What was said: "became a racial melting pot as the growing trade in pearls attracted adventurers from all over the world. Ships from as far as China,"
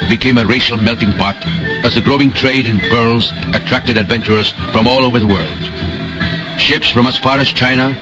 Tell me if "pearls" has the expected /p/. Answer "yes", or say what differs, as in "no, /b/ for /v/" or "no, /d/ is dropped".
no, /b/ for /p/